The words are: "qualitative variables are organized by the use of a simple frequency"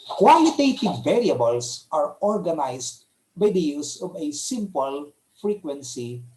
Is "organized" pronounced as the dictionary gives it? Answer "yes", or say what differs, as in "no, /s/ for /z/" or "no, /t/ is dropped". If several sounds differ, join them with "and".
no, /s/ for /z/